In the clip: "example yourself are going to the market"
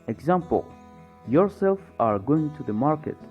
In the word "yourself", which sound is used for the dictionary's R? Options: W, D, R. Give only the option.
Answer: R